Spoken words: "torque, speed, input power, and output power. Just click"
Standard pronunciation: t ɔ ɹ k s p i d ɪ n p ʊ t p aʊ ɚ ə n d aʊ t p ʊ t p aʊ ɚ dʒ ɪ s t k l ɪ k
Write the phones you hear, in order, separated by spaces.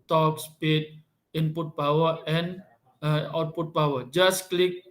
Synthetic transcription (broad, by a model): t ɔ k s p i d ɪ n p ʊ t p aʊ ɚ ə n aʊ t p ʊ t b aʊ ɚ dʒ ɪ s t k l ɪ k